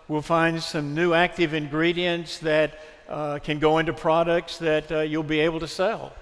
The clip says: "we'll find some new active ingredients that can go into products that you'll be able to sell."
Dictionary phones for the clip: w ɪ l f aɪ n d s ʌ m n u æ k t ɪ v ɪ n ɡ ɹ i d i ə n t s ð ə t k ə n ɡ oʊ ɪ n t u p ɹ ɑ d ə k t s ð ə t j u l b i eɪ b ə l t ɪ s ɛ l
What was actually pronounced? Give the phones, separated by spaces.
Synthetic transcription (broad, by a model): w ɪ l f aɪ n d s ʌ m n u æ k t ɪ v ɪ n ɡ ɹ i d i ə n t s ð ə t k ə n ɡ oʊ ɪ n t u p ɹ ɑ d ə k t s ð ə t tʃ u l b i eɪ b l t ɪ s ɛ l